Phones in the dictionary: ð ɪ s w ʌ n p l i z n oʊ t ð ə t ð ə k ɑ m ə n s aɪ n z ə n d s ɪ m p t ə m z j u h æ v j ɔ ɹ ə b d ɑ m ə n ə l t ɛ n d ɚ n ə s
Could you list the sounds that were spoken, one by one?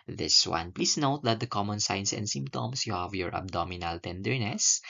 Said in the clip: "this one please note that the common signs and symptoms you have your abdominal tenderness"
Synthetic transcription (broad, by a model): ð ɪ s w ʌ n p l i s n oʊ t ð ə t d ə k ɑ m ə n s aɪ n s ə n d s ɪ m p t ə m s j u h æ v j ɔ ɹ ə b d ɑ m ə n ə l t ɛ n d ɚ n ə s